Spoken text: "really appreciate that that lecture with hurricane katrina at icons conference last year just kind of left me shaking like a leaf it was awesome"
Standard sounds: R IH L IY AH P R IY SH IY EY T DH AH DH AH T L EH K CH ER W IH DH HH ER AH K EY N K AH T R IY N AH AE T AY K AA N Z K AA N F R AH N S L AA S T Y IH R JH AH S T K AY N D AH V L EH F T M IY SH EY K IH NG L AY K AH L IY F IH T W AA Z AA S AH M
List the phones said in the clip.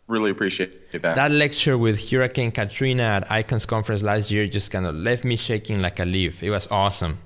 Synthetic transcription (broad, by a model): R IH L IY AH P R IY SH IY EY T DH AH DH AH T L EH K CH ER W IH DH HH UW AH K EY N K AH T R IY N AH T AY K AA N S K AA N F R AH N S L AA S T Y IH R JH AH S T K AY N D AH L EH F T M IY SH EY K IH NG L AY K AH L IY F IH T W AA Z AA S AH M